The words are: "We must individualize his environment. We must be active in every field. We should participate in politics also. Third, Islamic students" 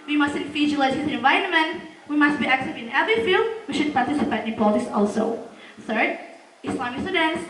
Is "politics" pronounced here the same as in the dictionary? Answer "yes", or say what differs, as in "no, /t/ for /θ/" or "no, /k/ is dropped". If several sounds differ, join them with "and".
no, /k/ is dropped